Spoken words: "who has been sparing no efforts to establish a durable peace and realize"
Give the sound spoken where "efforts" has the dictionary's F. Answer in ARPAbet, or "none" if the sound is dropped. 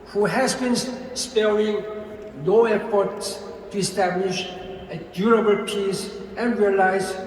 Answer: P